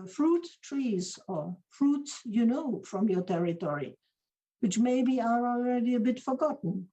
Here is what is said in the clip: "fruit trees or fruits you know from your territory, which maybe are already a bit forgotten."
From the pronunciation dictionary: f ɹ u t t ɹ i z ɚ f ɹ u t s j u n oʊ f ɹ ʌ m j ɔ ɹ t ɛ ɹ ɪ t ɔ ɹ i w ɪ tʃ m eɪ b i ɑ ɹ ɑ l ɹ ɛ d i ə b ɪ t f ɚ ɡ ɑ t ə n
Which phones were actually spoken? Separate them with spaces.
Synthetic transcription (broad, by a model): f ɹ u t t ɹ i z ɚ f ɹ u t s j u n oʊ f ɹ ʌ m j ɔ ɹ t ɛ ɹ ɪ t ɔ ɹ i w ɪ tʃ m eɪ b i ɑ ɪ ɑ l ɹ ɛ d i ə b ɪ t f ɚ ɡ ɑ t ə n